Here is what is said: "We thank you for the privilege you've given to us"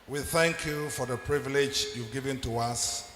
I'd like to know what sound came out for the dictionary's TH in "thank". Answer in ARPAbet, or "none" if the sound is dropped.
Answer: TH